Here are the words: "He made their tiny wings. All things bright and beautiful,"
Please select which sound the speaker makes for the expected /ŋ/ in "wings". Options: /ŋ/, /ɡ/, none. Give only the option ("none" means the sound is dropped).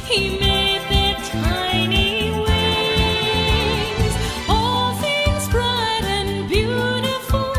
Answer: none